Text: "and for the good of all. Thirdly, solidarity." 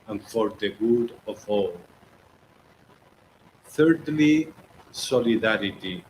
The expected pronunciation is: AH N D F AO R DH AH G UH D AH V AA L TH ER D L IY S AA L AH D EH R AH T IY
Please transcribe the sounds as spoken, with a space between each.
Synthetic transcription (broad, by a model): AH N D F AO R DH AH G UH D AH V AA L TH ER D L IY S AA L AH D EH R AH T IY